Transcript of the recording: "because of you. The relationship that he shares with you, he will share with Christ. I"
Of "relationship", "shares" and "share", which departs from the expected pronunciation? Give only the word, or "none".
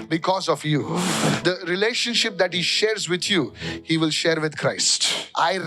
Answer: none